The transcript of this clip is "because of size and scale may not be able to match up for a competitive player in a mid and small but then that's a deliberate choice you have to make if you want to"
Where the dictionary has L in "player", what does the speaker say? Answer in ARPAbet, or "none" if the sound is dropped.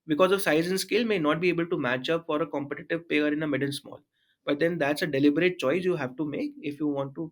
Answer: none